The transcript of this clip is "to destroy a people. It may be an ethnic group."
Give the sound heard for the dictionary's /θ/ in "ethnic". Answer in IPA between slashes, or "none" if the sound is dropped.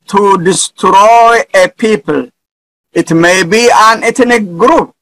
/t/